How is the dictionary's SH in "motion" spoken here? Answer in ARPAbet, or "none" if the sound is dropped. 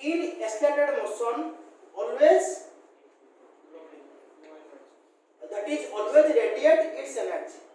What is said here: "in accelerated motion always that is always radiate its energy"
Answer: S